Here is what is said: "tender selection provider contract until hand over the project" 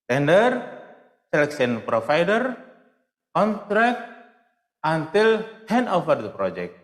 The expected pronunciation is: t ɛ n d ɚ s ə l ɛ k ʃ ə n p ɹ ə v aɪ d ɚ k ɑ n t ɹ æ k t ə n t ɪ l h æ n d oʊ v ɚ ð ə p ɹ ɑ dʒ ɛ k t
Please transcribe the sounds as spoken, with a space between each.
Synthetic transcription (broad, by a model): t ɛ n d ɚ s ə l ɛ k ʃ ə n p ɹ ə f aɪ d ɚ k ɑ n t ɹ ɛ k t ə n t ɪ l h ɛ n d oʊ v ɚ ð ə p ɹ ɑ dʒ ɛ k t